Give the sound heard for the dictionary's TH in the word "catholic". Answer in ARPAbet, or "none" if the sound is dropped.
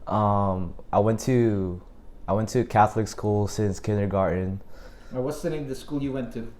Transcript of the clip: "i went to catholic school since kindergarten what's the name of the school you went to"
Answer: TH